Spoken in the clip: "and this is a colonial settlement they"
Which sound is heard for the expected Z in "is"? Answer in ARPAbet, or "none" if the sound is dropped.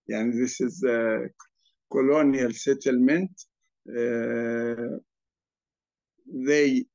Z